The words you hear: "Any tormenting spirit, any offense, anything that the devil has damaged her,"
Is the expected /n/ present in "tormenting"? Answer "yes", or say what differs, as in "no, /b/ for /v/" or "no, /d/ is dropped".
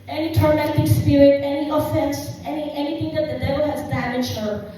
no, /n/ is dropped